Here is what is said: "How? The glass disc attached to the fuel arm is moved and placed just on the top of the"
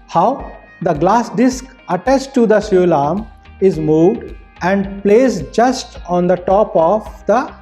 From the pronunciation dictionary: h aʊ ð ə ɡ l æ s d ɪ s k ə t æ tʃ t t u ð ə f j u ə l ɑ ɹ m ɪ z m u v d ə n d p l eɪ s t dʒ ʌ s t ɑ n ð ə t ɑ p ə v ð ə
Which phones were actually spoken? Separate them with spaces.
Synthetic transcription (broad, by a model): h aʊ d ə ɡ l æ s d ɪ s k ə t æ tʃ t t u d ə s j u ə l ɑ ɹ m ɪ z m u v d ə n d p l eɪ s dʒ ʌ s t ɑ n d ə t ɑ p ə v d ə